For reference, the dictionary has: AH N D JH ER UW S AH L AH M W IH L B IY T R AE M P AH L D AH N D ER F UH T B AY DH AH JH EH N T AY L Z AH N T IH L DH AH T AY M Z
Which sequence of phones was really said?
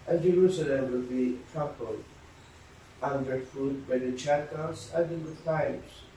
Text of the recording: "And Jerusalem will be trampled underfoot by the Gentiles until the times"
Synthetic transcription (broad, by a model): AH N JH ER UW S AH L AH M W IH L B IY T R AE P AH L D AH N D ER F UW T B AY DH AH CH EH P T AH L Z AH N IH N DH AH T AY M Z